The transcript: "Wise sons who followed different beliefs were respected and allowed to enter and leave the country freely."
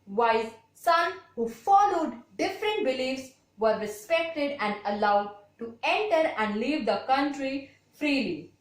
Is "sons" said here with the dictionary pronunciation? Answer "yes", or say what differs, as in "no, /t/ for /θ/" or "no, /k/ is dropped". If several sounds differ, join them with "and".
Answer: no, /z/ is dropped